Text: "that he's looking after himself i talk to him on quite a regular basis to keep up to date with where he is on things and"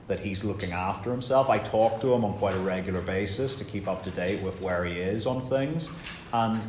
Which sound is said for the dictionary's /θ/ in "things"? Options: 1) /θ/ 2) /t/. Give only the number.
1